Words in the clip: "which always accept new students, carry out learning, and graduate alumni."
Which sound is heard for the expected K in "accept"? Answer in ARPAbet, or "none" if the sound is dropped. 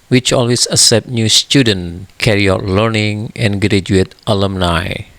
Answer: none